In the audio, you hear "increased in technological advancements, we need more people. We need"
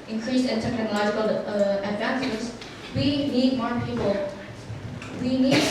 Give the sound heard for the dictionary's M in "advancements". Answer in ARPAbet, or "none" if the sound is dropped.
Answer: none